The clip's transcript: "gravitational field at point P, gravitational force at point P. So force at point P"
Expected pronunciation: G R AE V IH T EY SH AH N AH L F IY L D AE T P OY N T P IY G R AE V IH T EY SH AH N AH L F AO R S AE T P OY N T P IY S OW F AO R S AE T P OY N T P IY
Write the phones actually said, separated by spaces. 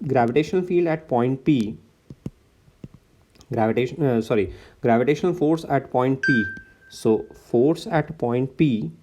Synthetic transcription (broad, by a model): G R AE V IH T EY SH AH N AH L F IY L D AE T P OY N T P IY G R AE V IH T EY SH AH N AH L F AO R S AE T P OY N T P IY S OW F AO R S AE T P OY N T P IY